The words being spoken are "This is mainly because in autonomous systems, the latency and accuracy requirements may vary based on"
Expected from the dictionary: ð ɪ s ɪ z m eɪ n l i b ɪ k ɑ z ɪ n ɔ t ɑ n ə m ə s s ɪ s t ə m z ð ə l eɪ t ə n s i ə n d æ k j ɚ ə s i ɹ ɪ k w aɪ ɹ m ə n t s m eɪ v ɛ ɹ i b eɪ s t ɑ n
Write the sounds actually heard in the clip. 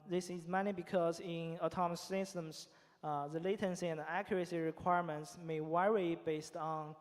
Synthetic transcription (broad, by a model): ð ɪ s ɪ z m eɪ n i b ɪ k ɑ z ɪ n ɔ t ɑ m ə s s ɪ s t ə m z ð ə l eɪ t ə n s i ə n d æ k j ɚ ə s i ɹ ɪ k w aɪ ɹ m ə n t s m eɪ w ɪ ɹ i b eɪ s t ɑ n